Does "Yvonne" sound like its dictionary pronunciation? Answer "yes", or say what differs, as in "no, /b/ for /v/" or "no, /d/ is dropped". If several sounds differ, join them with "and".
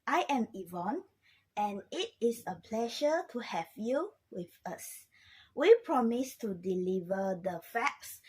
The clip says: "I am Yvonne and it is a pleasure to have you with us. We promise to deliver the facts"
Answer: yes